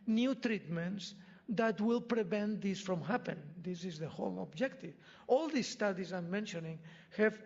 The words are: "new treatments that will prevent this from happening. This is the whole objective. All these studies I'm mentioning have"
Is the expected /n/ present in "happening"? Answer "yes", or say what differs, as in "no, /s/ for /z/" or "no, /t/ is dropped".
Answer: no, /n/ is dropped